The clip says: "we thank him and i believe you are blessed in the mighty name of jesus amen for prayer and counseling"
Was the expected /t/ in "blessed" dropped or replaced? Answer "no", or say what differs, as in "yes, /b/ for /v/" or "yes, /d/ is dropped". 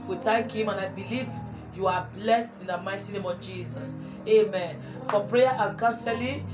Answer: no